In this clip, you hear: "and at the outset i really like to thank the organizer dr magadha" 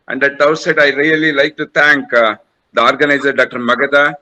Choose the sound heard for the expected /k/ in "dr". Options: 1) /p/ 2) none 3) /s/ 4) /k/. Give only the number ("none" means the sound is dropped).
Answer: 4